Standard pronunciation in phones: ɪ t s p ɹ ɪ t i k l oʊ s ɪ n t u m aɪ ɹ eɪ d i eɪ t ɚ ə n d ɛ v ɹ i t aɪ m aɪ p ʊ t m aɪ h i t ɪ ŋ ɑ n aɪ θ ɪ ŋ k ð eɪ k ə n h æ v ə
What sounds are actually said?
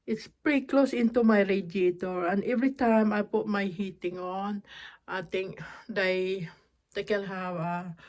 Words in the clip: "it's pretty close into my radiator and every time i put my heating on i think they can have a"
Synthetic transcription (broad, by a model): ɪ t s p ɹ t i k l oʊ s ɪ n t u m aɪ ɹ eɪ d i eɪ t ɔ ə n d ɛ v ɹ i t aɪ m aɪ p ʊ t m aɪ h i t ɪ ŋ ɑ n aɪ t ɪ ŋ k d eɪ k ə n h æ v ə